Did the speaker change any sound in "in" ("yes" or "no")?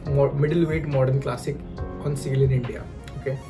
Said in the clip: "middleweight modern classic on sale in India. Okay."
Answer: no